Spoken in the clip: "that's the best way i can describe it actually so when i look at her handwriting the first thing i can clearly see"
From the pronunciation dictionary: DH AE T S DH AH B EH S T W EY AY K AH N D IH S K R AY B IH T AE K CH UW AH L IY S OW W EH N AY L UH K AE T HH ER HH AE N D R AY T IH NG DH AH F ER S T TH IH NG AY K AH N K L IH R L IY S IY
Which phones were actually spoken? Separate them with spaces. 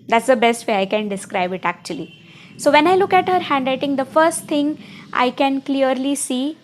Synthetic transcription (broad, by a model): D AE T S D AH B EH S T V EY AY K AH N D IH S K R AY B IH T AE K CH UW AH L IY S OW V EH N AY L UH K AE T HH ER HH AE N D L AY T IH NG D AH F ER S T T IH NG AY K AH N K L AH R L IY S IY